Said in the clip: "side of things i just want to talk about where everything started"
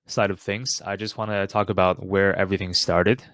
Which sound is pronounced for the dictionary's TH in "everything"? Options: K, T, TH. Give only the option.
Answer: TH